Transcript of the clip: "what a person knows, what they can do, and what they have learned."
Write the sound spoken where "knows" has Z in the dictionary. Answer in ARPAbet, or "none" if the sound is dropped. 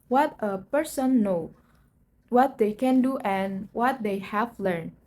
none